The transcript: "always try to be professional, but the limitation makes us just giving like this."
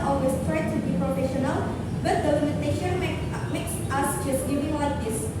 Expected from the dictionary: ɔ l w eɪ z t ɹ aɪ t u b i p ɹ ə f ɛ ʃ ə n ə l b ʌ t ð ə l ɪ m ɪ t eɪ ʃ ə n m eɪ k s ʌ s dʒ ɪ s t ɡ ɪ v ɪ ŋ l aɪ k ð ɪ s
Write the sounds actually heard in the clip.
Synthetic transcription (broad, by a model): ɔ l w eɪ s t ɹ aɪ t u b i p ɹ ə f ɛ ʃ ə n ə l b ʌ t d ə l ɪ m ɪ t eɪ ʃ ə n m eɪ k s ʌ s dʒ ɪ s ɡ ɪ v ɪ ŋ w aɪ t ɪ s